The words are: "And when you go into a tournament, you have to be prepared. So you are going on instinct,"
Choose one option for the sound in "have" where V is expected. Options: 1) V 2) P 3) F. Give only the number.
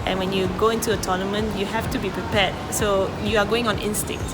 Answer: 3